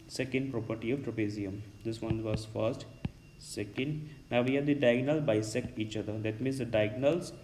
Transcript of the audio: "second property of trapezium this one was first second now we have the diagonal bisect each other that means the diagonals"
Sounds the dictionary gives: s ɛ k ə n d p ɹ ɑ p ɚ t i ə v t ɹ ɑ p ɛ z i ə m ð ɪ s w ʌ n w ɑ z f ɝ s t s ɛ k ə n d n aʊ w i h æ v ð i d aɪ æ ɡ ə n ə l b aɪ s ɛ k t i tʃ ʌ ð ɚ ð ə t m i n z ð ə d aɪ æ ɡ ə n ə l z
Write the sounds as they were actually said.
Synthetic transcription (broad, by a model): s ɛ k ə n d p ɹ ɑ p ɚ t i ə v t ɹ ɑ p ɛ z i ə m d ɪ s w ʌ n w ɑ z f ɝ s t s ɛ k ə n d n aʊ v i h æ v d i d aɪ ɡ n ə l b aɪ s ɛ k i tʃ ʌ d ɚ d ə t m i n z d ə d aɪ ɡ n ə l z